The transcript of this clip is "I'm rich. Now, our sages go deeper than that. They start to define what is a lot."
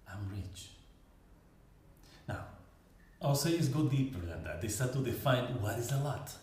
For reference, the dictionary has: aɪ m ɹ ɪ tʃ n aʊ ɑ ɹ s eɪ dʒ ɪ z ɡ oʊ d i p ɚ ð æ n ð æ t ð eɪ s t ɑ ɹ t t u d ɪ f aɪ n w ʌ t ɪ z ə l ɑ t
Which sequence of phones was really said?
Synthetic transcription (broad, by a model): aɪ m ɹ ɪ tʃ n aʊ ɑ l s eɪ ɪ s ɡ oʊ d i p ɚ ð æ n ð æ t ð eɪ s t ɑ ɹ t t u d ɪ f aɪ n w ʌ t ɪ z ə l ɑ t